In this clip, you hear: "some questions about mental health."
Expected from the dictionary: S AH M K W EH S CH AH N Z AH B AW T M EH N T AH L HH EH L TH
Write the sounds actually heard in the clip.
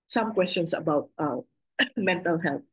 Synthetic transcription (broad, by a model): S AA M K W EH S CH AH N S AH B AW T M EH N T AH L HH EH L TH